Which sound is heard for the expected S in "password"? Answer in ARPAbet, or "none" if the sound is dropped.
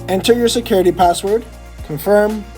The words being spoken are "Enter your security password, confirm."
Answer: S